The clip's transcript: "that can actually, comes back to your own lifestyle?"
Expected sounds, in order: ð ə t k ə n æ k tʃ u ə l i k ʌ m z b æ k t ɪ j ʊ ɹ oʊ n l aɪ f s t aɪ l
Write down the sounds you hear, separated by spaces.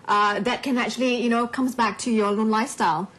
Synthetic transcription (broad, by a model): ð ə t k ə n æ k tʃ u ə n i k ʌ m z b æ k t ɪ j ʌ ɹ oʊ n l aɪ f s t aɪ l